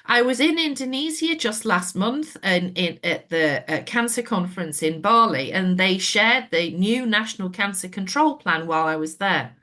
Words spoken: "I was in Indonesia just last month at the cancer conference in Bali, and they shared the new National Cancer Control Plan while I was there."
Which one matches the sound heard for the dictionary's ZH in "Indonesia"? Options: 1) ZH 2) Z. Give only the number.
2